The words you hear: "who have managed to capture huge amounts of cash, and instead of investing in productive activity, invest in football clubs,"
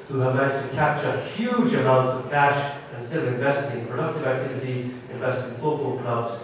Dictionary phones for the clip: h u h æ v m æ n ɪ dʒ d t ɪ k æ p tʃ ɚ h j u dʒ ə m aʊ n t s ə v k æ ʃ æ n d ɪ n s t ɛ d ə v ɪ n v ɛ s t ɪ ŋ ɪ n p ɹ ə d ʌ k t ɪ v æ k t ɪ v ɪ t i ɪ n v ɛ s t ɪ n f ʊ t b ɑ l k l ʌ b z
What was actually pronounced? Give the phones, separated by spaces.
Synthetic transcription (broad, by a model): h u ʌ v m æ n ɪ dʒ t ɪ k æ p tʃ ɚ h j u dʒ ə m aʊ n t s ə v k æ ʃ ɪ n s t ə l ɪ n v ɛ s t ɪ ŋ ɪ p ɹ ə d ʌ k t ɪ v æ k t ɪ v ɪ t i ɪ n v ɛ s t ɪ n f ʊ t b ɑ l k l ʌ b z